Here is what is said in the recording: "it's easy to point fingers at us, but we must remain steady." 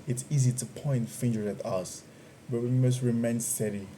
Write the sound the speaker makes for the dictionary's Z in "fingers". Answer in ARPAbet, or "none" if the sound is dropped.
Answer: none